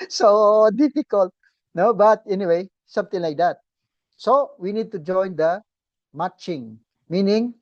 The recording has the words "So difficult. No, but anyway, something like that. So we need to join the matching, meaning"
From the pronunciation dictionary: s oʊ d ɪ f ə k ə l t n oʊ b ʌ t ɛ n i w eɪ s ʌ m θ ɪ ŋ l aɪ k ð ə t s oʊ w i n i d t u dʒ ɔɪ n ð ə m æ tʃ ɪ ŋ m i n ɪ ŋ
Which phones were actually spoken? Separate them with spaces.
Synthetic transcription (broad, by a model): s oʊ d ɪ f ə k ə l t n oʊ b ʌ t ɛ n i w eɪ s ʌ m t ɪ ŋ l aɪ k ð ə t s oʊ w i n i d t u dʒ ɔɪ n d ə m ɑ tʃ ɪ ŋ m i n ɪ ŋ